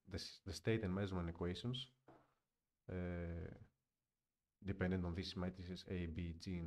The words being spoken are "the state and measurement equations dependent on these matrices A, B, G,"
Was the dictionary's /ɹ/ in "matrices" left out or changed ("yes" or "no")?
yes